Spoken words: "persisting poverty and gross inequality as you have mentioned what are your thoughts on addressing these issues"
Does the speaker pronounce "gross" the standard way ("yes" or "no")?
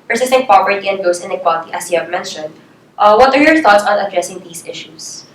no